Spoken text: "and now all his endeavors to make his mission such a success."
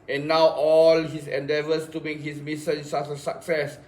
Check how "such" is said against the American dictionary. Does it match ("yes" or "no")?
no